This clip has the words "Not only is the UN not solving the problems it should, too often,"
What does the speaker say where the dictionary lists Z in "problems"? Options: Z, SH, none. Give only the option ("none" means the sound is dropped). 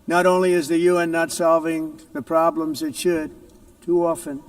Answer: Z